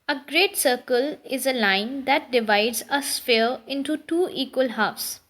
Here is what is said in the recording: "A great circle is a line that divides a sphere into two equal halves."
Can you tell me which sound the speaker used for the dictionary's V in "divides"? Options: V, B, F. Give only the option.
V